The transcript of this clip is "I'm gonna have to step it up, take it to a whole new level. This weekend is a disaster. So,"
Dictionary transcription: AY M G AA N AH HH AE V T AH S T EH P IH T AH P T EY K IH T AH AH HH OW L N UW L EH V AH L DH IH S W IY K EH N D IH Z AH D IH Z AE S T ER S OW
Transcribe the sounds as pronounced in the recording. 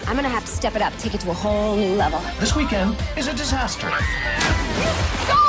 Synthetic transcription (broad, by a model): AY M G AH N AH HH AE F T AH S T EH P IH T AH P T EY K IH T AH AH HH OW L N UW L EH V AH L DH IH S W IY K EH N D IH Z AH D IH Z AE S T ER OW